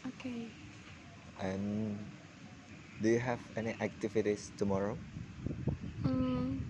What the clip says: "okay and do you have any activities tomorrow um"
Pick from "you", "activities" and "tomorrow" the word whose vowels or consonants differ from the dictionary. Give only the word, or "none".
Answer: activities